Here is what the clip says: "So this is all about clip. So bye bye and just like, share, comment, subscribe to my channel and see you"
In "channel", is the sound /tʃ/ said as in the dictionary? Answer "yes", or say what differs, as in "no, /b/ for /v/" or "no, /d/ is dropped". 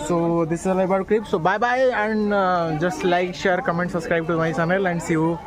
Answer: no, /s/ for /tʃ/